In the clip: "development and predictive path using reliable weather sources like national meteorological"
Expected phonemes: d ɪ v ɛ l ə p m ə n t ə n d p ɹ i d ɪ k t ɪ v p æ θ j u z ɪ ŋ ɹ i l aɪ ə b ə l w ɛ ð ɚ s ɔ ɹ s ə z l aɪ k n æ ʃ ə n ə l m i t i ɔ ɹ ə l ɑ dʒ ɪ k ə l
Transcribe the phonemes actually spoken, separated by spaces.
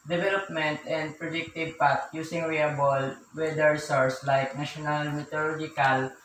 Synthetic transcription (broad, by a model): d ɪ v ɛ l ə p m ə n t ə n d p ɹ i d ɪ k t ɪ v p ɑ t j u s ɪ ŋ ɹ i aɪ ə b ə l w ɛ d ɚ s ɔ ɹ s l aɪ k n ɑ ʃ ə n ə l m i t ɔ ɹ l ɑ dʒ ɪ k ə l